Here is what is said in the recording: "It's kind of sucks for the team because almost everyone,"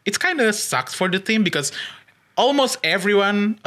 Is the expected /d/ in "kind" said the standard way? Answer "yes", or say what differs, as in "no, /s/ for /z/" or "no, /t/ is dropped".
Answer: yes